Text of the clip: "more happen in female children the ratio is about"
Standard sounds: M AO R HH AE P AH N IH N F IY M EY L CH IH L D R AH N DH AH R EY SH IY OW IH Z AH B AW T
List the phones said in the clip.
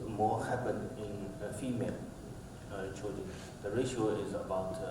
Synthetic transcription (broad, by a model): M AO HH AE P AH N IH N F IY M EY L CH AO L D AH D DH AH R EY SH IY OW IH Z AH B AW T